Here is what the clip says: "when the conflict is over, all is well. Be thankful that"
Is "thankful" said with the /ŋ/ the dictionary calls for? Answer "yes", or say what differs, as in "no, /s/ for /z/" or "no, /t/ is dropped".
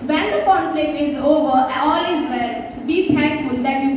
no, /ŋ/ is dropped